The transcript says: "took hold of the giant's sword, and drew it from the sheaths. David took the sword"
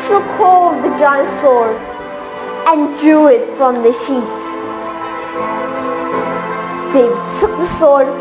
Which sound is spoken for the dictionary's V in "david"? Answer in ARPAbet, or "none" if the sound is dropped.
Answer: none